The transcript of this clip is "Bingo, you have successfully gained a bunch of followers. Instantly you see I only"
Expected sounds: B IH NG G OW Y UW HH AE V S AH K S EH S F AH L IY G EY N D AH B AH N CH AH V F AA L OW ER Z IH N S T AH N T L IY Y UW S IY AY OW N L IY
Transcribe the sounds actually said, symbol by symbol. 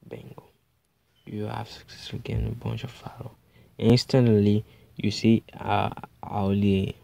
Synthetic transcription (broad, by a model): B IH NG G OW Y UW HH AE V S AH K S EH S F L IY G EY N AH B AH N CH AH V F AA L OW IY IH N S T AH N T L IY Y UW S IY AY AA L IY